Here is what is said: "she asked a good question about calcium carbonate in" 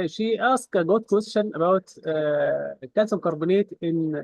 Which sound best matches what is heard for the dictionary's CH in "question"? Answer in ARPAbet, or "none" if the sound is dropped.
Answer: SH